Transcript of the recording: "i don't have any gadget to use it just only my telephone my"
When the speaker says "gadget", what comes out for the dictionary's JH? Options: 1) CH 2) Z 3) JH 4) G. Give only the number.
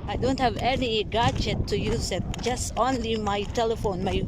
1